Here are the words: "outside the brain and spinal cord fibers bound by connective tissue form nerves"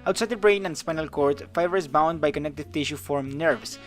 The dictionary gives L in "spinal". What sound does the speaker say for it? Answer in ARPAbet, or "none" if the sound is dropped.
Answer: L